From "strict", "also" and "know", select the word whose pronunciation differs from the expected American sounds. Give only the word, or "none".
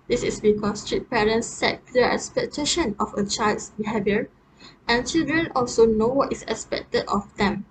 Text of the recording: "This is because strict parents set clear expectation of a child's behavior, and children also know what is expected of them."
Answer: strict